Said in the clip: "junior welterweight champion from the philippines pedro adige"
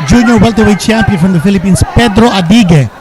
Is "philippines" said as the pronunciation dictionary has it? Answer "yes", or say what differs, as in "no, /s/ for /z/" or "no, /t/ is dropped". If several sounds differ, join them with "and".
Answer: no, /s/ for /z/